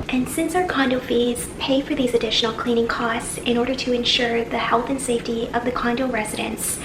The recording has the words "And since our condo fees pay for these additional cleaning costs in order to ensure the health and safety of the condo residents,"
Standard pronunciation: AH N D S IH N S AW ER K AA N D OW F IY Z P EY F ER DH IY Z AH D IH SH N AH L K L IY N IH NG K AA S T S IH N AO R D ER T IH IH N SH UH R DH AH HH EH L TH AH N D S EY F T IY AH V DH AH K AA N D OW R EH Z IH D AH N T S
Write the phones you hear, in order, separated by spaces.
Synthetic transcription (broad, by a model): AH N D S IH N S AW ER K AA N D OW F IY Z P EY F ER DH IY Z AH D IH SH N L K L IY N IH NG K AA S T S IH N AO R D ER T IH IH N SH UH R DH AH HH EH L TH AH N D S EY F T IY AH V DH AH K AA N D OW R EH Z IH D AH N S